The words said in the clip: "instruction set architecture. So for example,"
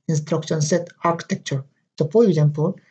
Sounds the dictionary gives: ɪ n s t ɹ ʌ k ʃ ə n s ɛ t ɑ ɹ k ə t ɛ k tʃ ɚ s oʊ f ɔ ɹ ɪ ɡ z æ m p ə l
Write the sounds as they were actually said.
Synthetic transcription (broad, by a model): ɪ n s t ɹ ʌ k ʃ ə n s ɛ t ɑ ɹ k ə t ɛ k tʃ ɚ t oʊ p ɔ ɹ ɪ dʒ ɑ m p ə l